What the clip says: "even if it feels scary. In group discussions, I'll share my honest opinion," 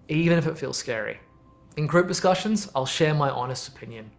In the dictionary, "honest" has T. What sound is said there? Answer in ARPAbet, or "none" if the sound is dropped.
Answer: T